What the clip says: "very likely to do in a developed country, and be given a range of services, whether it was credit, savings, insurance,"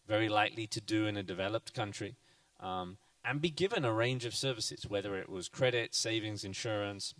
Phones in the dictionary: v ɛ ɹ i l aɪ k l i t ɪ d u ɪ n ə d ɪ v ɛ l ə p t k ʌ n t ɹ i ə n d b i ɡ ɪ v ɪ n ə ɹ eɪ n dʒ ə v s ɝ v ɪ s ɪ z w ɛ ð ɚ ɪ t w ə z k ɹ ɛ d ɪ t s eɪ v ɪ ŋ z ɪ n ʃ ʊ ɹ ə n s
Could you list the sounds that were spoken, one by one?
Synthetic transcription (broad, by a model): v ɛ ɹ i l aɪ k l i t ɪ d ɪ ɪ n ə d ɪ v ɛ l ə p t k ʌ n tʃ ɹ i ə n b i ɡ ɪ v ɪ n ə ɹ eɪ n dʒ ə v s ɝ v ɪ s ɪ z w ɛ ð ɚ ɪ t w ə z k ɹ ɛ d ɪ t s eɪ v ɪ ŋ z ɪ n ʃ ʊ ɹ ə n s